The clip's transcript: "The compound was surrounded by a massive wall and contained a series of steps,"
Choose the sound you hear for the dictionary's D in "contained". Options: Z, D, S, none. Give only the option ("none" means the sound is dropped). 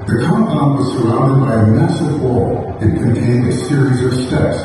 D